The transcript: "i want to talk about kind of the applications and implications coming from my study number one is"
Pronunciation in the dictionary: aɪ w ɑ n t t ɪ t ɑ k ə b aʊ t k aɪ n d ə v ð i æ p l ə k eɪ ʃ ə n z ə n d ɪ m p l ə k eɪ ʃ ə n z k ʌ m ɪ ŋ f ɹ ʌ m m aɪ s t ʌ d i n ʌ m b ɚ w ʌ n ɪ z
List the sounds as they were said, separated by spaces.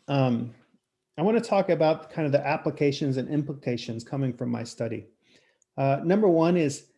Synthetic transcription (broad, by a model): aɪ w ɑ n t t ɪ t ɑ k ə b aʊ t k aɪ n d ə v ð i æ p l ə k eɪ ʃ ə n z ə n ɪ m p l ə k eɪ ʃ ə n z k ʌ m ɪ ŋ f ɹ ʌ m m aɪ s t ʌ d i n ʌ m b ɚ w ʌ n ɪ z